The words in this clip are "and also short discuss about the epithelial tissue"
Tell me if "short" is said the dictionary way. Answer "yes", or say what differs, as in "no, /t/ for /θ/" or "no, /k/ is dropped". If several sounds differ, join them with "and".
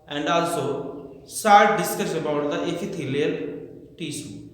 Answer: no, /s/ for /ʃ/